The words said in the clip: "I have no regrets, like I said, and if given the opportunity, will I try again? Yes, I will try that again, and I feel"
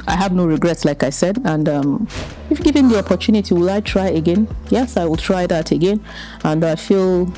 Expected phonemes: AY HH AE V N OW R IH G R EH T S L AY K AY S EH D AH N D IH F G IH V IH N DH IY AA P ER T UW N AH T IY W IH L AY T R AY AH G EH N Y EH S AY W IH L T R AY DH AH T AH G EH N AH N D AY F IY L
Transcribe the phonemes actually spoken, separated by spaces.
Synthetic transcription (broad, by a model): AY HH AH V N OW R IH G R EH T S L AY K AY S EH D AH N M IH F G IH V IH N DH IY AA P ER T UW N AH T IY W IH L AY T R AY AH G EH N Y EH S AY W IH L T R AY DH AH T AH G EH N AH N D AY F IY L